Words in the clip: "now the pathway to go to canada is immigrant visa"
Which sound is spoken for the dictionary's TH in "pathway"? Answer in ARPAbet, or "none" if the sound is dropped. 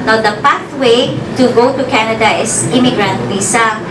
T